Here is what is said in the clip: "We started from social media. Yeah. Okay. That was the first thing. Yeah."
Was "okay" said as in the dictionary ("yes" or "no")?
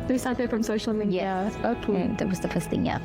no